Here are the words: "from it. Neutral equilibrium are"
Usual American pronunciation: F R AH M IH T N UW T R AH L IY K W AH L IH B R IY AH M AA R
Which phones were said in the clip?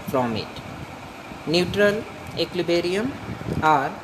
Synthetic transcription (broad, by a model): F R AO M IH T N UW T R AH L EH K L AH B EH R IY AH M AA R